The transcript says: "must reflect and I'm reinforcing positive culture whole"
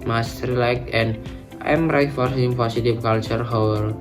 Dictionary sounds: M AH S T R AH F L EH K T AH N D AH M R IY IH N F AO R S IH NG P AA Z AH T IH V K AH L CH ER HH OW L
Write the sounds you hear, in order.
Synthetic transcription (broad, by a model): M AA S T R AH L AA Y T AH N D AH M R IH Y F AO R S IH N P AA S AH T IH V K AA L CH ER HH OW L